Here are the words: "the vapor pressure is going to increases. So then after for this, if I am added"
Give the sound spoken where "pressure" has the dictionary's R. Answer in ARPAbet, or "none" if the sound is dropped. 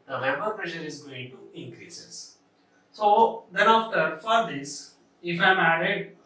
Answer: R